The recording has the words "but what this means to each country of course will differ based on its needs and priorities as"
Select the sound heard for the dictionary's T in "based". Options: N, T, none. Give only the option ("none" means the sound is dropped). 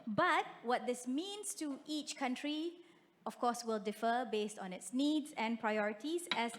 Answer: T